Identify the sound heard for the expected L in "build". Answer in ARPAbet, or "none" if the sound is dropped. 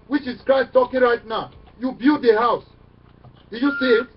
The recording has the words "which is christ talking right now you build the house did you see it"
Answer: none